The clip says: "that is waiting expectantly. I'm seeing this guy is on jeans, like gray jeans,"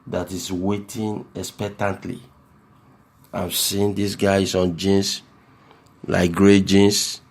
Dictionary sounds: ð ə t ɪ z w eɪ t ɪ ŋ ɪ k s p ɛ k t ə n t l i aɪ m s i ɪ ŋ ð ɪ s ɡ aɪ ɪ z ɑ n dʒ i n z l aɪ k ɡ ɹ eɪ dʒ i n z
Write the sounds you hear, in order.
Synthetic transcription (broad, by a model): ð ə t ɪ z w eɪ t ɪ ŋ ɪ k s p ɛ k t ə n t l i aɪ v s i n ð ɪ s ɡ aɪ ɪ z ɑ n dʒ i n s l aɪ k ɡ ɹ eɪ dʒ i n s